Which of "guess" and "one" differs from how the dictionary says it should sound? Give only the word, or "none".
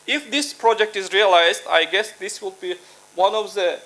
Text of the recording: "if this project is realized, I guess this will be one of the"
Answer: none